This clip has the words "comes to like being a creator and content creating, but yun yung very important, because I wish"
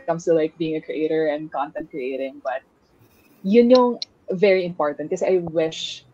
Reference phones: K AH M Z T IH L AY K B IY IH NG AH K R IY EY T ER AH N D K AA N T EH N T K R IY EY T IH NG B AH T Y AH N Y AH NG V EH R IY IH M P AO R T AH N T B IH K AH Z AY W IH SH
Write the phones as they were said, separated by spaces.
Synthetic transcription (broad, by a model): K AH M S T IH L AY K B IY IH NG AH K R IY EY T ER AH N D K AA N T EH N T K R IY EY T IH NG B AH T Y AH N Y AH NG V EH R IY IH M P AO R T AH N T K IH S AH AY W IH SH